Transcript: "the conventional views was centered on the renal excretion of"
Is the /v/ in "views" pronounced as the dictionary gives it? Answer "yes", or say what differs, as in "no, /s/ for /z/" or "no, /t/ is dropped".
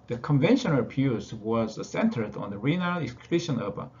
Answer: no, /p/ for /v/